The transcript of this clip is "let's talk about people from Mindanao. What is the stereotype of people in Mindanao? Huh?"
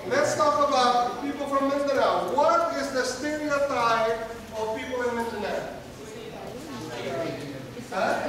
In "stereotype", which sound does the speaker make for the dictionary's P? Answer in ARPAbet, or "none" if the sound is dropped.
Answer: none